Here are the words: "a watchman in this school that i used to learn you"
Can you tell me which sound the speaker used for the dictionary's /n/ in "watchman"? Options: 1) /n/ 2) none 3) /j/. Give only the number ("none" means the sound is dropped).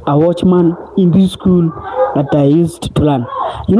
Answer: 1